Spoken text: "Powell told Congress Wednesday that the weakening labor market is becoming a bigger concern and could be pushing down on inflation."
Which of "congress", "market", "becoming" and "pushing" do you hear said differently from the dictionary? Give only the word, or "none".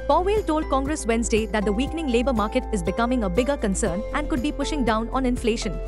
none